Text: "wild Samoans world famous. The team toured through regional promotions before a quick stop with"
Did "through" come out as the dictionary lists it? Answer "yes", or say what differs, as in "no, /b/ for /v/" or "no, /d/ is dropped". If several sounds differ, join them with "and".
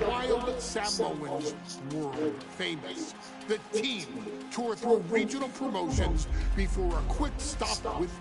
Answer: yes